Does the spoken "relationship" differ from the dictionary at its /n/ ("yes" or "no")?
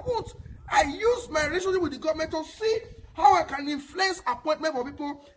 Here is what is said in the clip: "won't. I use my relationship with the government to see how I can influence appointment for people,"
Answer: yes